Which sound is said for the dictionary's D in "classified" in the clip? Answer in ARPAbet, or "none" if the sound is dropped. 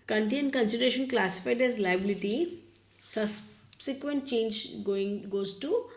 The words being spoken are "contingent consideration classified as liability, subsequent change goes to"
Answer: D